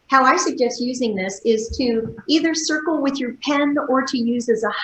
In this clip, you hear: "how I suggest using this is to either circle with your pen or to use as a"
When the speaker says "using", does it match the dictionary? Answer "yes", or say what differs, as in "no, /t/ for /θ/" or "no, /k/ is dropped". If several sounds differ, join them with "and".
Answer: yes